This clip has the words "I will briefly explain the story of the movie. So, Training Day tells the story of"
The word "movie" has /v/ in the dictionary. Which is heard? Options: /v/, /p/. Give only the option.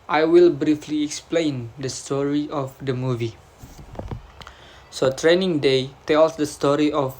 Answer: /v/